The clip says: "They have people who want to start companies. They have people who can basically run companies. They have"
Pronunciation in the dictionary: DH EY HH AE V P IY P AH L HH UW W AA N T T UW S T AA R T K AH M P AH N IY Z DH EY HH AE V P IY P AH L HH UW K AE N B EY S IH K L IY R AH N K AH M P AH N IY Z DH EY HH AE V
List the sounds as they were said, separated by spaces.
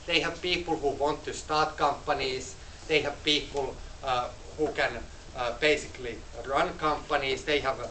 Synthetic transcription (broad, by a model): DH EY HH AE V P IY P AH L HH UW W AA N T T UW S T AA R T K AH M P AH N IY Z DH EY HH AE V P IY P AH L HH UW K AE N B EY S IH K L IY R AH N K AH M P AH N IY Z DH EY HH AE V